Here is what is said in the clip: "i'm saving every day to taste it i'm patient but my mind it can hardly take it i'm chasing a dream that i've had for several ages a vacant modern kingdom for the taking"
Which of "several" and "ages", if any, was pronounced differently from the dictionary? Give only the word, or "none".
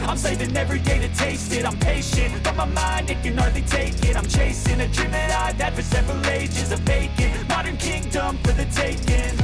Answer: none